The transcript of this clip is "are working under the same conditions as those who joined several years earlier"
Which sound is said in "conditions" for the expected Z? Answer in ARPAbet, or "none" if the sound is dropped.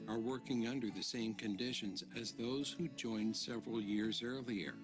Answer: Z